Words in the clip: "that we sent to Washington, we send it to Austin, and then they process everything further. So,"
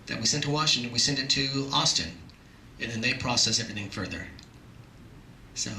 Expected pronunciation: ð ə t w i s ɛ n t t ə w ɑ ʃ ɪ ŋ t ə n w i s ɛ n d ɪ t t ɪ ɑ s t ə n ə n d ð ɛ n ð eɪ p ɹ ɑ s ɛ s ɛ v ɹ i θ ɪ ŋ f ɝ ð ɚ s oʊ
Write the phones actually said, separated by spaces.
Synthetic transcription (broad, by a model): ð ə t w i s ɛ n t t ə w ɑ ʃ ɪ ŋ t ə n w i s ɛ n d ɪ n t ɪ ɑ s t ə n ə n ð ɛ n ð eɪ p ɹ ɑ s ɛ s ɛ v ɹ i θ ɪ ŋ f ɝ ð ɚ s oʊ